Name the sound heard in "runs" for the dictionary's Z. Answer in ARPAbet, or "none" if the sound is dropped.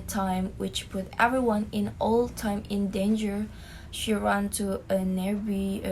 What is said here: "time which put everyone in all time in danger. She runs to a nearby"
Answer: none